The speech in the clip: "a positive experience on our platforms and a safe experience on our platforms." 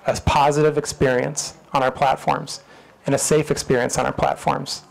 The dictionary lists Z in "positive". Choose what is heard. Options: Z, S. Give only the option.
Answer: Z